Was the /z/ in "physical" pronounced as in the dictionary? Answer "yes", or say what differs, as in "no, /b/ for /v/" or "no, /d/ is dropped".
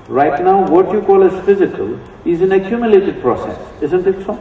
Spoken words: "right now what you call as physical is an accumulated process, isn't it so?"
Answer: yes